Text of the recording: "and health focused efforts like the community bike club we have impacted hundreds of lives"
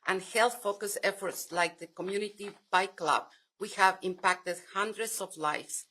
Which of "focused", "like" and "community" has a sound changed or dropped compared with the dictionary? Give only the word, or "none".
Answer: focused